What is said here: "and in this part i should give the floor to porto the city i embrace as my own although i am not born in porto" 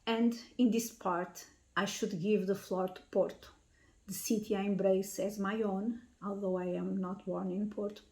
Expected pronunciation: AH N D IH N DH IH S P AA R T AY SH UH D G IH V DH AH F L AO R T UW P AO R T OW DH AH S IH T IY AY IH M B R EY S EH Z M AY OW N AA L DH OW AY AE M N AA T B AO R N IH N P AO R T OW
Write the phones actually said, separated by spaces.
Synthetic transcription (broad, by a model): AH N D IH N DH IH S P AA R T AY SH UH D G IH V DH AH F L AO R T UW P AO R T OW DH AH S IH T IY AY IH M B R EY S EH Z M AY OW N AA L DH OW AY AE M N AA T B AO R N IH N P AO R T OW